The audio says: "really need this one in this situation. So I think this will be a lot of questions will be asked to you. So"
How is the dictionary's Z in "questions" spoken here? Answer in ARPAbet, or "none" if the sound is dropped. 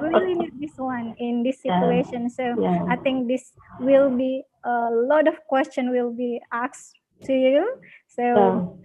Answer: none